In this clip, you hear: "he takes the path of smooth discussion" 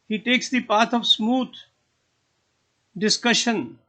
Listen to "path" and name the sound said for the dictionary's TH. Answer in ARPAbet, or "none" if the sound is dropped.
T